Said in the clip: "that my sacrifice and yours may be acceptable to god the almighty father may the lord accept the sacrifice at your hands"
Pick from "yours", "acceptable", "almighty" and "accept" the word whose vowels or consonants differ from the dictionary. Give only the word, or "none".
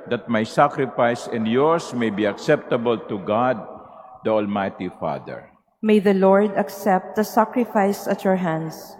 yours